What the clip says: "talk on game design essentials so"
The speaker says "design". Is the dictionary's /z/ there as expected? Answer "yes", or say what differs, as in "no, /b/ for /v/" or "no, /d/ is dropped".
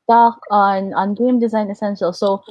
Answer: yes